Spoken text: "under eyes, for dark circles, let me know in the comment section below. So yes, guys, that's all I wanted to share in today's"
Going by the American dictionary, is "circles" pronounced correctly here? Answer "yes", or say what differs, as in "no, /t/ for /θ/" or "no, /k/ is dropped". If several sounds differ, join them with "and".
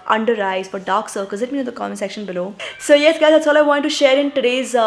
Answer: no, /l/ is dropped